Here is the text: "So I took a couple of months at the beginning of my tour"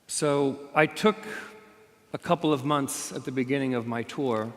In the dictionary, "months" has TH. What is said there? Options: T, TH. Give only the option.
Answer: TH